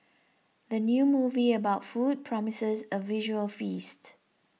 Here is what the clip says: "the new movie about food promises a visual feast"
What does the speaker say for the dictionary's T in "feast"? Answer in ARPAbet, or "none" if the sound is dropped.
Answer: T